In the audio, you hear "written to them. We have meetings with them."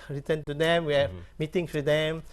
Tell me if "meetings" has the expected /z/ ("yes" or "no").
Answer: no